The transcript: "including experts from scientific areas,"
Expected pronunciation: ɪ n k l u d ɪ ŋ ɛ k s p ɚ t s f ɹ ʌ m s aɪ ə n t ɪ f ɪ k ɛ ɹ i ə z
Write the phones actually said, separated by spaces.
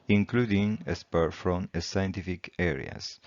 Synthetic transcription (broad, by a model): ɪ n k l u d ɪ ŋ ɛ s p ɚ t f ɹ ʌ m s aɪ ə n t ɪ f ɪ k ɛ ɹ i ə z